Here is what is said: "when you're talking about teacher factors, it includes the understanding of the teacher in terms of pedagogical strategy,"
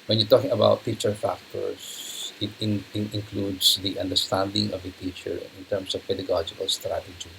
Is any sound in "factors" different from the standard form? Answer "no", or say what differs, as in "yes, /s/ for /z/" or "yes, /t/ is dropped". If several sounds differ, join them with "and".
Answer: yes, /s/ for /z/